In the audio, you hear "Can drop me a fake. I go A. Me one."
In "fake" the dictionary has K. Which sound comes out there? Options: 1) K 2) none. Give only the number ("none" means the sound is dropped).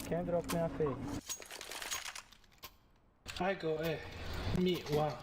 2